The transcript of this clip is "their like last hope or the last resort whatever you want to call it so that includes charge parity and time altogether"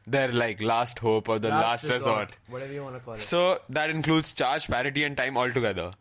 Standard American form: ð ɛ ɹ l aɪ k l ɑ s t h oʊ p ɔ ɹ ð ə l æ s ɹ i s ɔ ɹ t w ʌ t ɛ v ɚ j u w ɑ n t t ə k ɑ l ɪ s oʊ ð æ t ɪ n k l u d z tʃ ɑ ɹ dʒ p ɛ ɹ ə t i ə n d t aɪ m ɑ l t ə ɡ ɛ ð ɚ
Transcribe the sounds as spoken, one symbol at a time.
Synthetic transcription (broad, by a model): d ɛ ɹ l aɪ k l ɑ s t h oʊ p ɔ ɹ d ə l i s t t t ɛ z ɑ t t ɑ s oʊ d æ t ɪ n k l u d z tʃ ɑ ɹ dʒ p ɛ ɹ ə t i ə n d t aɪ m ɑ l t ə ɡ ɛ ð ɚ